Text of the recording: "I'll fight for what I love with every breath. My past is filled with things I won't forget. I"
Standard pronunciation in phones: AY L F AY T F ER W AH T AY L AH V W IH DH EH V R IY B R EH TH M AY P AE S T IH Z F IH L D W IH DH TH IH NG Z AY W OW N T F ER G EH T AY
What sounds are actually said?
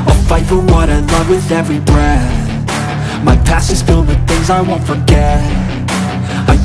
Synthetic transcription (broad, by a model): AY F AY T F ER W AH T AY L AH V W IH DH EH V R IY B R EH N M AY P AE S IH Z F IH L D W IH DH TH IH NG Z AY W OW N T F ER G EH T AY